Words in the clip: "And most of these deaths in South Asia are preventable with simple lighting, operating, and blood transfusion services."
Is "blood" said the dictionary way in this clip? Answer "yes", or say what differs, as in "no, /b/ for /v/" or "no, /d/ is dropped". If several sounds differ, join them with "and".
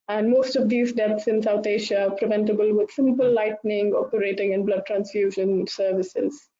yes